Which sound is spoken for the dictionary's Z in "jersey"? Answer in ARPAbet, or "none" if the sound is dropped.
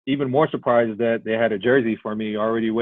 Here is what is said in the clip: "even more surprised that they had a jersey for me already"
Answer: Z